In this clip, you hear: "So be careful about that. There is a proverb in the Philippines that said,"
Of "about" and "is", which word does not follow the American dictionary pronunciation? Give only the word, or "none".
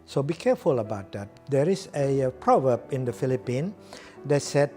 is